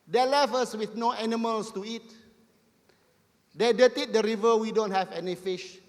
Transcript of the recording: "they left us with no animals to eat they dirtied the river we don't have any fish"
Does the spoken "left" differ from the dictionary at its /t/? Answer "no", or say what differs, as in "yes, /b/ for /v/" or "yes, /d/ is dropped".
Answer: yes, /t/ is dropped